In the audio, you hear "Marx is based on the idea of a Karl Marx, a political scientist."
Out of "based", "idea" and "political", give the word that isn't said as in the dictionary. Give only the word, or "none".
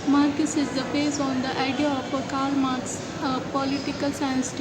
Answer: based